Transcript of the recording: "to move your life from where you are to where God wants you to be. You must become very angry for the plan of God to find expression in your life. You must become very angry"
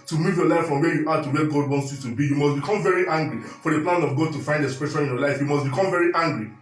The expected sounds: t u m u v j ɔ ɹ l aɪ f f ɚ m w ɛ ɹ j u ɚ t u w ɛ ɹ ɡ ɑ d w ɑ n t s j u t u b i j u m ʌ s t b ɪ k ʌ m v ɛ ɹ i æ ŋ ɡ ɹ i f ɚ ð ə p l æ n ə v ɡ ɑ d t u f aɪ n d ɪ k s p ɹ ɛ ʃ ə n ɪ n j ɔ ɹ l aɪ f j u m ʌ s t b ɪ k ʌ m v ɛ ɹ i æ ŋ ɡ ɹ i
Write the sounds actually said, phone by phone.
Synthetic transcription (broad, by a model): t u m u v j ɔ l aɪ f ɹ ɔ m w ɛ j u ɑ t u w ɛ ɡ ɑ d w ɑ n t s j u t u b i j u m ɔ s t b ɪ k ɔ m v ɛ ɹ i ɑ ŋ ɡ ɹ i f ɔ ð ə p l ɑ n ə v ɡ ɑ d t u f aɪ n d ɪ s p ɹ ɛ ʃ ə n ɪ n j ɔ l aɪ f j u m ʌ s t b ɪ k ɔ m v ɛ ɹ i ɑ ŋ ɡ ɹ i